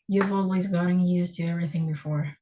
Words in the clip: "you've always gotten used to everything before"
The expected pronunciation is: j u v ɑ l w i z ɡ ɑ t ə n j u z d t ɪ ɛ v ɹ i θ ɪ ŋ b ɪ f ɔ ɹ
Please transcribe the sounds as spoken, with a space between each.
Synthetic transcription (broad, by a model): j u v ɑ l w i z ɡ ɑ t ə n j u z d t ɪ ɛ v ɹ i θ ɪ ŋ b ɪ f ɔ ɹ